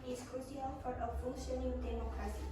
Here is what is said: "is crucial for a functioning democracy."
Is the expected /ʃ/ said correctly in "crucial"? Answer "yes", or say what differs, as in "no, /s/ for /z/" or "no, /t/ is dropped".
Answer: no, /s/ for /ʃ/